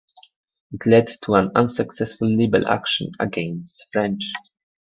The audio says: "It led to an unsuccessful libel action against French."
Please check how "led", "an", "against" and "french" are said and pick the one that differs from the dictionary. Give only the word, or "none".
none